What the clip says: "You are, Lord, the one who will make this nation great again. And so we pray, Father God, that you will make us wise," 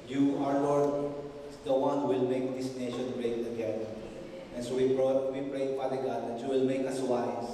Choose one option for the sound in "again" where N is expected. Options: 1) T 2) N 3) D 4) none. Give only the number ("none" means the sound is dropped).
4